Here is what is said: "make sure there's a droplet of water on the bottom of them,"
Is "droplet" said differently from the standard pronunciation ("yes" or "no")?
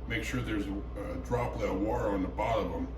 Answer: yes